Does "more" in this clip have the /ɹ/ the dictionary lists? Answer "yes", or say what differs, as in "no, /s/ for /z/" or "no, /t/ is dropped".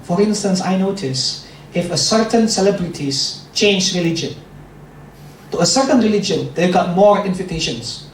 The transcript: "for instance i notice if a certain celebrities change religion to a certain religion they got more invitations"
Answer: yes